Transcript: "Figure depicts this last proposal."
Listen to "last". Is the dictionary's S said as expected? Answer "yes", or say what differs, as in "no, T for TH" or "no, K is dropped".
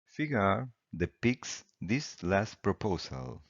yes